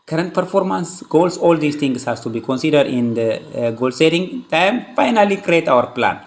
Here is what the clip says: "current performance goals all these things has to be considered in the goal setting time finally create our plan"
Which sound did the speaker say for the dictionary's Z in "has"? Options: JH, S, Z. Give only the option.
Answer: S